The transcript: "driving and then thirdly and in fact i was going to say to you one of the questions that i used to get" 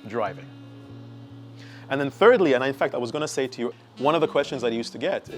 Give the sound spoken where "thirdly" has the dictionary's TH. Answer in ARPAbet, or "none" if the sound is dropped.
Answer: TH